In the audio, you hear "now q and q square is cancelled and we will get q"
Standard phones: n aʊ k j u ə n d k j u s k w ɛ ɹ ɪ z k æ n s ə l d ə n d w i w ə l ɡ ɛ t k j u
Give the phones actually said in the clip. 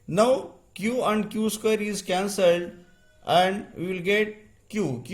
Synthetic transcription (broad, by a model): n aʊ k j u ə n d k j u s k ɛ ɹ ɪ z k æ n s ə l d ə n d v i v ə l ɡ ɛ t k j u